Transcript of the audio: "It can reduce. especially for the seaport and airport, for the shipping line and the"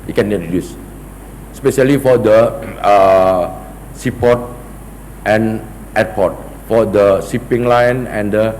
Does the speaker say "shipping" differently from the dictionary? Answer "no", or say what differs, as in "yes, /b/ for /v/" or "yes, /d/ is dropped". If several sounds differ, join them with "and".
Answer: yes, /s/ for /ʃ/